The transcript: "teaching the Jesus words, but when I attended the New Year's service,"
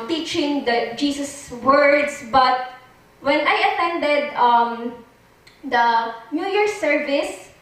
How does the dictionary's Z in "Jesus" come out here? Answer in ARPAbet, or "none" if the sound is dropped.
S